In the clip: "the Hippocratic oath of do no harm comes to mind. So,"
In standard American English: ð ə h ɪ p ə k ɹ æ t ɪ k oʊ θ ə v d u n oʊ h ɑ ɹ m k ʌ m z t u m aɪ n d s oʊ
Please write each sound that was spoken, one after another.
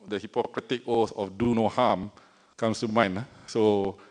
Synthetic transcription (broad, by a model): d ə h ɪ p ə k ɹ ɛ t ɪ k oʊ s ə f d u n oʊ h ɑ m k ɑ m s t u m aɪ n s oʊ